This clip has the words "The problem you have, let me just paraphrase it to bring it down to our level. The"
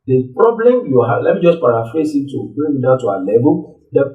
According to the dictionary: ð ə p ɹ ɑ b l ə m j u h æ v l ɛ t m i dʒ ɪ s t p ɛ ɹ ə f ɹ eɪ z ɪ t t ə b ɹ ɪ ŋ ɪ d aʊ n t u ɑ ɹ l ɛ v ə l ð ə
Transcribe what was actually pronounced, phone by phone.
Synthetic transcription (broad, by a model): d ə p ɹ ɑ b l ə m j u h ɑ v l ɛ t m i dʒ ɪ s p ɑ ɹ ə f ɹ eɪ s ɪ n t ə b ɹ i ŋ ɪ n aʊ t u ɑ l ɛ b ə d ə